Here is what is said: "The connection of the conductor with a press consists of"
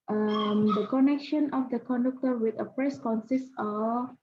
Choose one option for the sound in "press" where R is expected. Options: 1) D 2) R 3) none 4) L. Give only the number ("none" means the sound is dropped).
2